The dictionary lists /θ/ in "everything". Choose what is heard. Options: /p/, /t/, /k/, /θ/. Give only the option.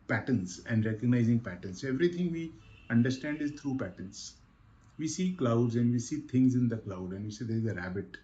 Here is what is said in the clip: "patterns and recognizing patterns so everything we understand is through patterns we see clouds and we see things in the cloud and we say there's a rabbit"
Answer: /t/